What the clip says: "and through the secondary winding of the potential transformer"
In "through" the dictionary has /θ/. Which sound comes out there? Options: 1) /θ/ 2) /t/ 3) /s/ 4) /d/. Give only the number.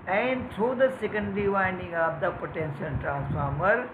2